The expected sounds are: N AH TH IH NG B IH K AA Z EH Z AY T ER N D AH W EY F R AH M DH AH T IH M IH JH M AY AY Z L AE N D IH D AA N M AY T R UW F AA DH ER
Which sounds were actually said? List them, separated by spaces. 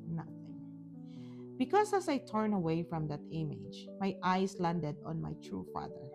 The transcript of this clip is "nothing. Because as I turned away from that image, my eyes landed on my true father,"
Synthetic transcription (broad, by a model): N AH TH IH NG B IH K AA S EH S AY T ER N AH W EY F R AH M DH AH T IH M IH JH M AY AY S L AE N D IH D AA N M AY T R UW F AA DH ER